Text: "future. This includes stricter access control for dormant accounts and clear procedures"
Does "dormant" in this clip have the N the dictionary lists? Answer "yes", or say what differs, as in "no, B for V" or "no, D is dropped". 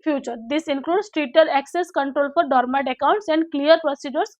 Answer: no, N is dropped